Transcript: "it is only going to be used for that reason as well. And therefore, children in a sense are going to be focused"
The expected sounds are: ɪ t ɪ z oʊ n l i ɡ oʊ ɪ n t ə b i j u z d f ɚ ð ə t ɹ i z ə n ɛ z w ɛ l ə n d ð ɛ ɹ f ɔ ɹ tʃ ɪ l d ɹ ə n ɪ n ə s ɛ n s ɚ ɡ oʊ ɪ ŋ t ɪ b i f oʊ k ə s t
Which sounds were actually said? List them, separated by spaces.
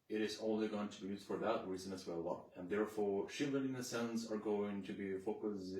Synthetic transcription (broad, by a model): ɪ t ɪ z oʊ n l i ɡ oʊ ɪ n t ə b i j u z d f ɚ ð ə t ɹ i z ə n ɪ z w ɛ l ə n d ð ɛ ɹ f ɔ ɹ ʃ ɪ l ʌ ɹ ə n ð ə s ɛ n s ɚ ɡ oʊ ɪ ŋ t ɪ b i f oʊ k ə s